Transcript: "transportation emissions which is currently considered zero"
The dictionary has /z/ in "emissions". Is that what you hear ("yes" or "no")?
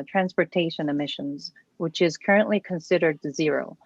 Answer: yes